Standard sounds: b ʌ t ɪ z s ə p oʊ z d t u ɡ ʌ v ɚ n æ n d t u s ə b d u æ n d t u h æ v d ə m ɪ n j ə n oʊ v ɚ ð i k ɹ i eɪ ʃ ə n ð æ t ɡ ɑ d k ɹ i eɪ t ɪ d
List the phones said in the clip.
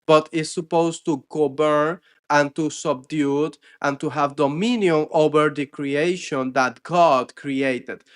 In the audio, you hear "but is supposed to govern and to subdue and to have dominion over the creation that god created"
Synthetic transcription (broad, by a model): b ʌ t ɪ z s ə p oʊ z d t u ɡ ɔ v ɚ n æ n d t u s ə b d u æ n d t u h æ v d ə m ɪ n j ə n oʊ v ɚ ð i k ɹ i eɪ ʃ ə n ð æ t ɡ ɑ d k ɹ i eɪ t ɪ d